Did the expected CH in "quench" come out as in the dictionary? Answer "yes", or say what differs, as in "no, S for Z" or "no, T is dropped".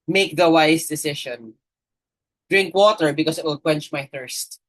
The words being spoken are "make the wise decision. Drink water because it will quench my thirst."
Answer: yes